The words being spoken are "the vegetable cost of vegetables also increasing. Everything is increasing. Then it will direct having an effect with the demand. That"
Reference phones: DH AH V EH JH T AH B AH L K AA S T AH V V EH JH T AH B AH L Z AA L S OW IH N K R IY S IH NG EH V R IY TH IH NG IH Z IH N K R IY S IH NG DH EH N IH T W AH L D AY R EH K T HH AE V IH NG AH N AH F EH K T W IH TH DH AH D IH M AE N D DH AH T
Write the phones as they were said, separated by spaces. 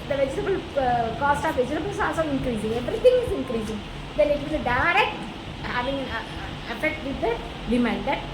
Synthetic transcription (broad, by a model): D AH V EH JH T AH B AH L K AA S T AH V V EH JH T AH B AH L S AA S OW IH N K R IY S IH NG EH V R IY T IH NG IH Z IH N K R IY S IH NG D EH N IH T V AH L D AY R EH K T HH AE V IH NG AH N AH F EH K T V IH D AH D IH M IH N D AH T